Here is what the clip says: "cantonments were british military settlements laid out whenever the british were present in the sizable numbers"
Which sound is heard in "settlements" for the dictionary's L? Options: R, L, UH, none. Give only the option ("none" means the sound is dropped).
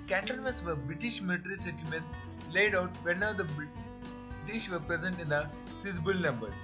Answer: none